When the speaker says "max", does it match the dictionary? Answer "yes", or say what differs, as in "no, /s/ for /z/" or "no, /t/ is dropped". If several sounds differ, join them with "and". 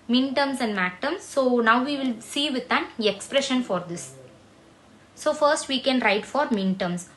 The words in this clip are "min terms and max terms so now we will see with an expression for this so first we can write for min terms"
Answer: no, /s/ is dropped